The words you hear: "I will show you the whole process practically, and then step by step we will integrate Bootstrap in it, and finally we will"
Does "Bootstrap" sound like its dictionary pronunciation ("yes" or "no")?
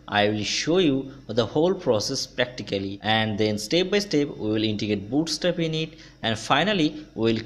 no